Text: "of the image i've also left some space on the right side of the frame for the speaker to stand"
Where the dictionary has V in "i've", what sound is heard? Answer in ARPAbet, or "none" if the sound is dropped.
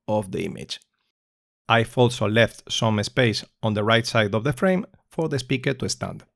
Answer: F